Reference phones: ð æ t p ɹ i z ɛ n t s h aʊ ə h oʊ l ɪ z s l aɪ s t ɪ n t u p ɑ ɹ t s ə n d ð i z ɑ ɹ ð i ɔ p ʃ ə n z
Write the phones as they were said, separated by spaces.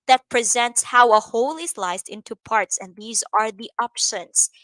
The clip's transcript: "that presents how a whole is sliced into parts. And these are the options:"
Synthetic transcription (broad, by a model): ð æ t p ɹ i z ɛ n t s h aʊ ə h oʊ l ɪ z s l aɪ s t ɪ n t u p ɑ ɹ t s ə n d ð i z ɑ ɹ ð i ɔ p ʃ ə n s